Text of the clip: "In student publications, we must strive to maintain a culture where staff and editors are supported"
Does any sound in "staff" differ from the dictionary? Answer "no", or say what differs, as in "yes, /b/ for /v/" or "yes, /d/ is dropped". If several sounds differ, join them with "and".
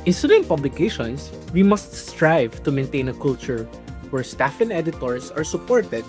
no